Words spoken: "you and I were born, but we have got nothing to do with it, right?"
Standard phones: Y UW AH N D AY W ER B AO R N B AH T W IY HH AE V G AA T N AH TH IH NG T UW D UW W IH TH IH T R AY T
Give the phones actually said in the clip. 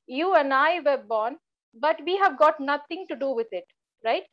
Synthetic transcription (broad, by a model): Y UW AH N D AY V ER B AO R N B AH T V IY HH AE V G AA T N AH T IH NG T UW D UW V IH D IH T R AY T